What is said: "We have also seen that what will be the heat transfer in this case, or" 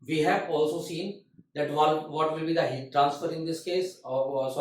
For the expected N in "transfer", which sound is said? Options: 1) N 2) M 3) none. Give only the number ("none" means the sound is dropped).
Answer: 1